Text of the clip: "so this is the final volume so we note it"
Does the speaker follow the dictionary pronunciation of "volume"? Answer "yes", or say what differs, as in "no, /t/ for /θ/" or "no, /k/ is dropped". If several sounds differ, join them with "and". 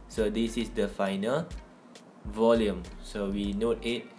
yes